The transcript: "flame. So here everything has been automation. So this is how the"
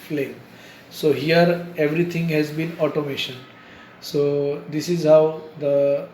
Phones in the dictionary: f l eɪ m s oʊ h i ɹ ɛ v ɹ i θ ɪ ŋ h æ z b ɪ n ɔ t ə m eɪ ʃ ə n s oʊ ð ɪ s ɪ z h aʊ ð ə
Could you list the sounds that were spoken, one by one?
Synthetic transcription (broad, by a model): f l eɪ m s oʊ h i ɹ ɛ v ɹ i t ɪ ŋ h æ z b ɪ n ɔ t ə m eɪ ʃ ə n s oʊ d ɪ s ɪ z h aʊ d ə